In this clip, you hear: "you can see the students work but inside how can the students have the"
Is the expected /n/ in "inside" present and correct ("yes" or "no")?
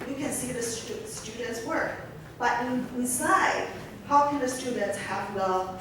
no